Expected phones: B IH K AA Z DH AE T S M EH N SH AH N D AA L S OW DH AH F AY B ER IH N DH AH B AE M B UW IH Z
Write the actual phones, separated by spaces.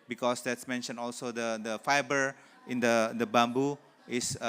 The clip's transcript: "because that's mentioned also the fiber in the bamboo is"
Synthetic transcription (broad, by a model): B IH K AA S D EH T S M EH N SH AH N AA L S OW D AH F AY B ER IH N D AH B AE M B UW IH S